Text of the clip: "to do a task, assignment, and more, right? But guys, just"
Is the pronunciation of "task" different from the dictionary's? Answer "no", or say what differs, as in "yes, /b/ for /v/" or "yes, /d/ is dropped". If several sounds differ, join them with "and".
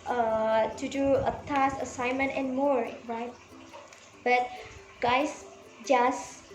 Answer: yes, /k/ is dropped